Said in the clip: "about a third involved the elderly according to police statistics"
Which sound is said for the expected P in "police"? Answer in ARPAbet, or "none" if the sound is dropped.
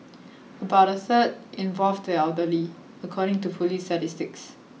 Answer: F